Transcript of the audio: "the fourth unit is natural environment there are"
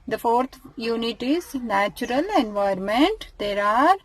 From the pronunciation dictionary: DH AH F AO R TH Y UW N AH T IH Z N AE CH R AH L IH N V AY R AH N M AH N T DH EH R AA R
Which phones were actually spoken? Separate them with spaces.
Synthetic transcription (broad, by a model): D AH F AO R T Y UW N AH T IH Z N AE CH R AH L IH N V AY AH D M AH N T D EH R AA R